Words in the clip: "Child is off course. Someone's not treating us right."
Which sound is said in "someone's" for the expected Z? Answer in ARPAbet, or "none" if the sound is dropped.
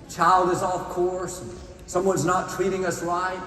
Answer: Z